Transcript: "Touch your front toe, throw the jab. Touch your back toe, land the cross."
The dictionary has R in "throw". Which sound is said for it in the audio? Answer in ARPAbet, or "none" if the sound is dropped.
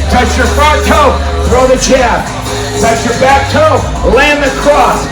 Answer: R